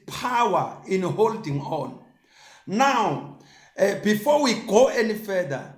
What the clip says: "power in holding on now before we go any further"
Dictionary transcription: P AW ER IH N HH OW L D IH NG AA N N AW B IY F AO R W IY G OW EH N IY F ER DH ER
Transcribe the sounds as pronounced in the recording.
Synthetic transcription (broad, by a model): P AW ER IH N HH OW L D IH NG AA N N AW B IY F AO W IY G OW EH N IY F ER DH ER